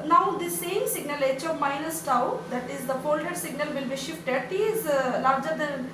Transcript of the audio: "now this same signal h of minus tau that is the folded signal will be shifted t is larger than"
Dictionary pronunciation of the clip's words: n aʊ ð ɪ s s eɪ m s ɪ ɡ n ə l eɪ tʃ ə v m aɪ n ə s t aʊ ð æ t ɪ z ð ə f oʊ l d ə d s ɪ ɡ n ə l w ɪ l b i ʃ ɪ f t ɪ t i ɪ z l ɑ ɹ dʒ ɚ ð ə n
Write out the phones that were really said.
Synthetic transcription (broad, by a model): n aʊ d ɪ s s eɪ m s ɪ ɡ n ə l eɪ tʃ ə v m aɪ n ə s t aʊ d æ t ɪ z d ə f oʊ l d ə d s ɪ ɡ n ə l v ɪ l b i ʃ ɪ f t ɪ t i ɪ z l ɑ ɹ dʒ ɚ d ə n